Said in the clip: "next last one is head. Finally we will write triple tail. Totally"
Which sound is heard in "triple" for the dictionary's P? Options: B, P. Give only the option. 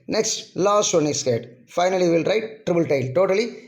B